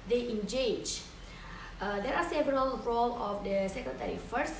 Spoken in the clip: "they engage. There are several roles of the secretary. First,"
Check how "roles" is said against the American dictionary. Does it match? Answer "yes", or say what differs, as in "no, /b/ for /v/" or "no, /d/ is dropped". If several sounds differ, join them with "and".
no, /z/ is dropped